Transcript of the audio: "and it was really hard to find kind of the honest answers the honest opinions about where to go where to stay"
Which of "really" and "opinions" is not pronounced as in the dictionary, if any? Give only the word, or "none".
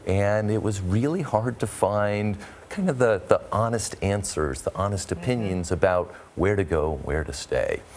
none